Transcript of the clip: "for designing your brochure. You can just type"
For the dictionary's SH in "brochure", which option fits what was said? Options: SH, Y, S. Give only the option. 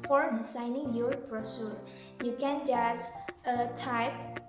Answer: S